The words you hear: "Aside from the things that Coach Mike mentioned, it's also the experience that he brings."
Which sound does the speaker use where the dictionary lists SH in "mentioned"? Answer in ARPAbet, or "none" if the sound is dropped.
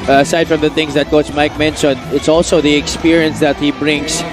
S